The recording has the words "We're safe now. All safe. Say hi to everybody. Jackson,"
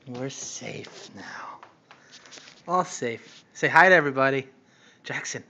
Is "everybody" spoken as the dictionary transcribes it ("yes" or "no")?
yes